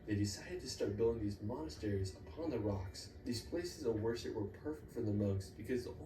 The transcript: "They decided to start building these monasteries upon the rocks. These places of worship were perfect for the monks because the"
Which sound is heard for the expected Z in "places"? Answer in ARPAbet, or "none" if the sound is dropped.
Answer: Z